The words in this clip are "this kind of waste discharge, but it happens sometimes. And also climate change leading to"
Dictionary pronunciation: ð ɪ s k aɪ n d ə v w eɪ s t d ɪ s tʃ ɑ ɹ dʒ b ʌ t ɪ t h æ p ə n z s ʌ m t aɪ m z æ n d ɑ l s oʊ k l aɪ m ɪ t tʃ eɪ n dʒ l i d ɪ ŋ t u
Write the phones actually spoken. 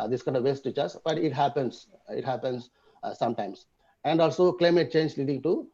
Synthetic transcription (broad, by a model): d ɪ s k aɪ n d ə v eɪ s t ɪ tʃ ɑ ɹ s b ʌ t ɪ t h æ p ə n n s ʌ m t aɪ m s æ n d ɑ l s oʊ k l aɪ m ɪ t tʃ eɪ n dʒ l i d ɪ ŋ t u